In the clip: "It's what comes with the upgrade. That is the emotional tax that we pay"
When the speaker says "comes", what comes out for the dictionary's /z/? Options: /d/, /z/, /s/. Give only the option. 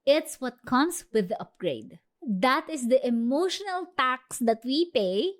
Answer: /s/